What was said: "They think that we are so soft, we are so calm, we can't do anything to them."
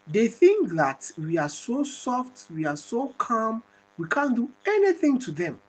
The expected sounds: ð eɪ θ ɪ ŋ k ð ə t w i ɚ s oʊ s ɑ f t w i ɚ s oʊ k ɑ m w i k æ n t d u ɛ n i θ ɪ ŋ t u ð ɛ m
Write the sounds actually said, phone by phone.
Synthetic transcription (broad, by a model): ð eɪ θ ɪ ŋ k ð ə t w i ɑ s oʊ s ɑ f t w i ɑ s oʊ k ɑ m w i k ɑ n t d u ɛ n i θ ɪ ŋ t u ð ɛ m